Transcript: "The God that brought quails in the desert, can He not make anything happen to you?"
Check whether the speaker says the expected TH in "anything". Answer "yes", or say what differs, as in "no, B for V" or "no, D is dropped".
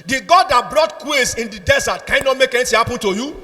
no, T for TH